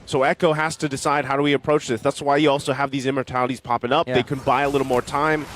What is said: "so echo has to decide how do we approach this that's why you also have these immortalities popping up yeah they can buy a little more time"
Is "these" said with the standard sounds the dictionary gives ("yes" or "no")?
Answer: yes